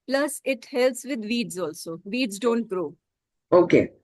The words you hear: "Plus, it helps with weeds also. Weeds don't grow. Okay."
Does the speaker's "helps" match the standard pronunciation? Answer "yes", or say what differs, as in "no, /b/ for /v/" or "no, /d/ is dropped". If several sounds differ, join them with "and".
no, /p/ is dropped